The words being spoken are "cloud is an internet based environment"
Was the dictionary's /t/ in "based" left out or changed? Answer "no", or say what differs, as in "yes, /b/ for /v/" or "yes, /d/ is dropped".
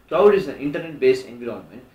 yes, /t/ is dropped